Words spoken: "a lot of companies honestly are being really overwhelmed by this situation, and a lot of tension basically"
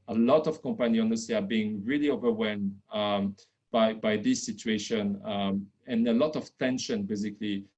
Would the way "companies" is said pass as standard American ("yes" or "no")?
no